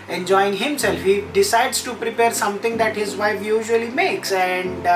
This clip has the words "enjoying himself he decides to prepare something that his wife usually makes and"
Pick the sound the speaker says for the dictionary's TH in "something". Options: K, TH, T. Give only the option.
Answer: T